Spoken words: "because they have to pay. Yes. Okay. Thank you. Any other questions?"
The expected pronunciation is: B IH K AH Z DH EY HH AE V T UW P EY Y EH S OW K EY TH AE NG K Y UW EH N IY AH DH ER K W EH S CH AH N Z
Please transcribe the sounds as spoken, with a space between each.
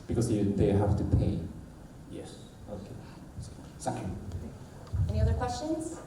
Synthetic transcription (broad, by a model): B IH K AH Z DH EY HH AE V T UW P EY Y EH S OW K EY S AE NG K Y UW EH N IY AH DH ER K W EH S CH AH N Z